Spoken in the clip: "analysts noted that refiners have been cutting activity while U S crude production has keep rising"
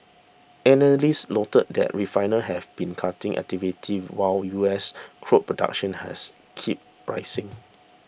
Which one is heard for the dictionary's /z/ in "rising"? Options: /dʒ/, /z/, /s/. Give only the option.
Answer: /s/